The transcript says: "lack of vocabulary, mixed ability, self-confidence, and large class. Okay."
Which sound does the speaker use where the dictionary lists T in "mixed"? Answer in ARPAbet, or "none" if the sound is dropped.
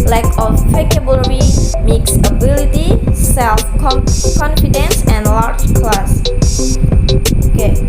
none